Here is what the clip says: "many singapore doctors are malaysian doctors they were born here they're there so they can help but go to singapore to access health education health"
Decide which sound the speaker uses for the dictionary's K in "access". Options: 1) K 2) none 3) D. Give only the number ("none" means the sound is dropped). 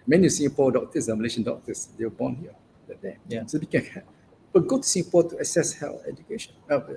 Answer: 2